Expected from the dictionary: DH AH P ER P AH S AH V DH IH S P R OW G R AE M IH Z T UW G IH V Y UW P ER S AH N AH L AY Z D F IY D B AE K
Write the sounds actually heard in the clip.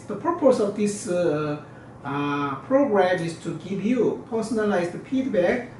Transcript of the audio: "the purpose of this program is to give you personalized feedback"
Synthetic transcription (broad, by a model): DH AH P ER P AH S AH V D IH S P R OW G R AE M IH S T UW G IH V Y UW P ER S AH N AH L AY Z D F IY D B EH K